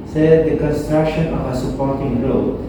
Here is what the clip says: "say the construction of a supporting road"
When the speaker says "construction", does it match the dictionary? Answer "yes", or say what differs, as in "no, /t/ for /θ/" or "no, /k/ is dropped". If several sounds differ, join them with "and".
yes